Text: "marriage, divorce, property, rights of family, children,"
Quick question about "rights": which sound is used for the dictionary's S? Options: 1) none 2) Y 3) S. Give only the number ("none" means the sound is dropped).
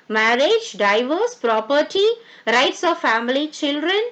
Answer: 3